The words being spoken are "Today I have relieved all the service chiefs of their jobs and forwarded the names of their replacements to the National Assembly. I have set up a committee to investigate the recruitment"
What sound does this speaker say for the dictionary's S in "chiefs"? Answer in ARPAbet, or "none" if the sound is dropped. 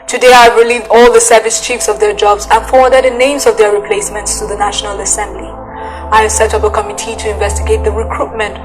S